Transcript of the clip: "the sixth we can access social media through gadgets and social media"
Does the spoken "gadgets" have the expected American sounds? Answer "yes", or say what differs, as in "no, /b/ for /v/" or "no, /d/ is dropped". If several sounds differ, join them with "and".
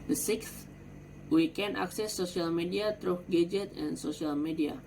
no, /s/ is dropped